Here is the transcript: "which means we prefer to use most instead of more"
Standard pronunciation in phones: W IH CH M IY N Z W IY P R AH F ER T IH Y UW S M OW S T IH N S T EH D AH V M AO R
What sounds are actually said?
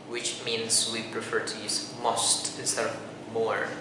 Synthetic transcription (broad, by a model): W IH CH M IY N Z W IY P R AH F ER T IH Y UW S M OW S T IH S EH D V M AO R